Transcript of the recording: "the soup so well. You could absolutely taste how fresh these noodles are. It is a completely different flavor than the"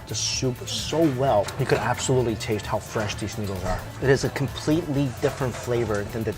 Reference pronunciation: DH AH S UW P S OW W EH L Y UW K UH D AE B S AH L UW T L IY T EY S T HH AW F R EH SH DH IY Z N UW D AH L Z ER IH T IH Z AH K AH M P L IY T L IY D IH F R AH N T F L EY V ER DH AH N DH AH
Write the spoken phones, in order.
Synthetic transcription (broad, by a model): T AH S UW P S OW W EH L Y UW K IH D AE B S AH L UW T L IY T EY S T HH AW F R EH SH DH IY Z N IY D L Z ER IH T IH Z AH K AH M P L IY T L IY D IH F R AH N T F L EY V ER DH AH N DH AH